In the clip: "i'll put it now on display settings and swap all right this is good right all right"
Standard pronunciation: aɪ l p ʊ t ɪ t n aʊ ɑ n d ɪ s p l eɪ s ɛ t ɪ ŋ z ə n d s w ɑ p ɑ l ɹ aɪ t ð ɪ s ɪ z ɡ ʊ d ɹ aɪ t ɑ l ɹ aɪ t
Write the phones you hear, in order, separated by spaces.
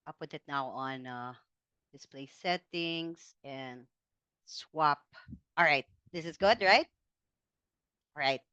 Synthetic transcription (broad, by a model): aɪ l p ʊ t ɪ t n aʊ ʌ n d ɪ s p l eɪ s ɛ t ɪ ŋ z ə n s w ɑ p ɑ l ɹ aɪ t ð ɪ s ɪ z ɡ ʊ d ɹ aɪ t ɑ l ɹ aɪ t